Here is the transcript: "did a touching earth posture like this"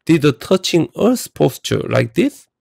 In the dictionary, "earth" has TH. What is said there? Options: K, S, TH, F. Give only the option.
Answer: S